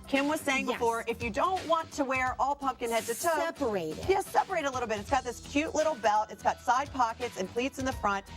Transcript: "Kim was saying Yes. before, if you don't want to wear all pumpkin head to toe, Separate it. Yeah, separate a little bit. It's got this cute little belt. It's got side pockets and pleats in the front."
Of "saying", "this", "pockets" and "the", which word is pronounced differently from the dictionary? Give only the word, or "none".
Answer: none